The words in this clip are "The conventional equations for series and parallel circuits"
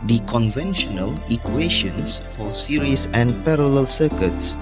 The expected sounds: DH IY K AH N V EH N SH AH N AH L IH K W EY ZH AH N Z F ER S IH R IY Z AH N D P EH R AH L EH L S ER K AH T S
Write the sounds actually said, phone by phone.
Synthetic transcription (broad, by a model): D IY K AH N V EH N SH AH N AH L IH K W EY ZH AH N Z F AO S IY R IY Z AH N D P EH R AH L EH L S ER K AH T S